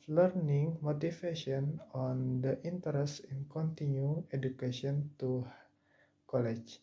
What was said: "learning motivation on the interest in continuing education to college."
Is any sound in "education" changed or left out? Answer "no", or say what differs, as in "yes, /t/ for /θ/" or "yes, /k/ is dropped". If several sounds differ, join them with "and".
yes, /ʃ/ is dropped